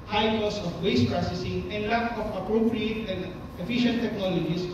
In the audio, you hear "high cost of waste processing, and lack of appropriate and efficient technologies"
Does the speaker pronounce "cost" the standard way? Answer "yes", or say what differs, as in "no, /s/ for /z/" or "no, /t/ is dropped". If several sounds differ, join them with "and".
no, /t/ is dropped